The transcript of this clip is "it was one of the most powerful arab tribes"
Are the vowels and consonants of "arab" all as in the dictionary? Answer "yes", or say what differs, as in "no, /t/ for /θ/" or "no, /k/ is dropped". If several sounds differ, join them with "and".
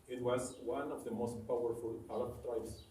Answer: no, /l/ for /ɹ/